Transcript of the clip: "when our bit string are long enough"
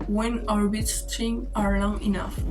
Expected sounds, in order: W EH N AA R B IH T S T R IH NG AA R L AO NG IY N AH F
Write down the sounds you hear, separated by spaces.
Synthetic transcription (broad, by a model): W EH N AA R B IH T S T IH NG AA R L AO NG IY N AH F